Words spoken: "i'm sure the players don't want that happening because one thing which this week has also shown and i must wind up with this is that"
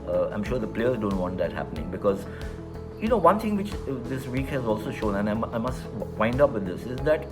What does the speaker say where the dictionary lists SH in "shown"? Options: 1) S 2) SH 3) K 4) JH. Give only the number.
2